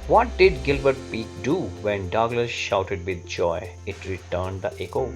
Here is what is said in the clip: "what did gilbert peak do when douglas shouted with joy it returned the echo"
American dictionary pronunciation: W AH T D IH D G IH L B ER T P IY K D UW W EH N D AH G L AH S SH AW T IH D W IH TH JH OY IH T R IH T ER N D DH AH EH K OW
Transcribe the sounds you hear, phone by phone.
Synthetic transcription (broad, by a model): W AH T D IH D G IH L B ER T P IY K D UW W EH N D AH G L AH S SH AW T IH D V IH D JH OY IH T R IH T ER N D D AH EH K OW